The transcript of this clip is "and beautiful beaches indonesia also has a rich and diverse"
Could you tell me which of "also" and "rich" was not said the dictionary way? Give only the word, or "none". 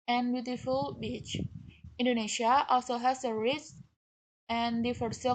rich